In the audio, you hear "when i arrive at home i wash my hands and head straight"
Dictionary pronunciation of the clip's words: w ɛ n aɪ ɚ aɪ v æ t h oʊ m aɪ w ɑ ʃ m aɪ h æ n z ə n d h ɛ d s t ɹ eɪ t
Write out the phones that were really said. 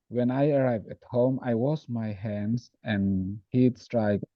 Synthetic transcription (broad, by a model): w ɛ n aɪ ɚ aɪ v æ t h oʊ m aɪ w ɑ s m aɪ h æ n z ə n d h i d s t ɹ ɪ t